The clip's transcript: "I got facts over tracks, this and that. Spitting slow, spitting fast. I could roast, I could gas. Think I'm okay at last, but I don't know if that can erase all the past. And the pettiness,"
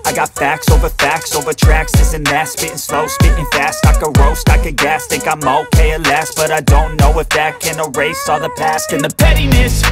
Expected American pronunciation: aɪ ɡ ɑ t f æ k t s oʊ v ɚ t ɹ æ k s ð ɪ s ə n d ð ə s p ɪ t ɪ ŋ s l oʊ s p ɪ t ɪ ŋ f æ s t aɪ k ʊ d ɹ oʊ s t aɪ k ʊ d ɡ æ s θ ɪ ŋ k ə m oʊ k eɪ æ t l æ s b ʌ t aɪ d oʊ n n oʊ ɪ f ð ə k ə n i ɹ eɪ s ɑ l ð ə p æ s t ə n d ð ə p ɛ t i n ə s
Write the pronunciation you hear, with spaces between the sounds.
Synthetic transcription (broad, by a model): aɪ ɡ ɑ t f æ k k s oʊ v ɚ t ɹ æ k s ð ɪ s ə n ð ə s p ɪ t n s l oʊ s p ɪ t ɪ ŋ f æ s t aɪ k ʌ ɹ oʊ s t aɪ k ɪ ɡ æ s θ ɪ k ə m oʊ k eɪ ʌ l æ s b ʌ t aɪ d oʊ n n oʊ ɪ f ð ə k ə n i ɹ eɪ s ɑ ð ə p æ s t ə n ð ə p ɛ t i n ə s